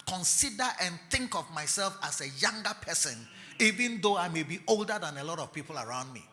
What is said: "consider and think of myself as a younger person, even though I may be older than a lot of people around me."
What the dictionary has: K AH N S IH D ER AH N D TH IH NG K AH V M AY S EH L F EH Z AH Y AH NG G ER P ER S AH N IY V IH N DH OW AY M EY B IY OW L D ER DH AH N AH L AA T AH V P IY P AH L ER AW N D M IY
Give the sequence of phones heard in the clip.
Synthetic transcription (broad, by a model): K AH N S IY D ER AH N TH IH NG K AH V M AY S EH L F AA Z AH Y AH NG G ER P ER S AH N IY V IH N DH OW AY M EY B IY OW L D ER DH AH N AH L AA T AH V P IY P AH L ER AW N D M IY